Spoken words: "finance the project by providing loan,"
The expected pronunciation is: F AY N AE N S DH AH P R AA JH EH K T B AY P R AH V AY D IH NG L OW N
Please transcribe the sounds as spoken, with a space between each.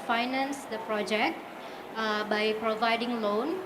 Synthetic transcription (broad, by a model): F AY N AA N S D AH P R AA JH EH K T B AY P R AH V AY D IH NG L OW N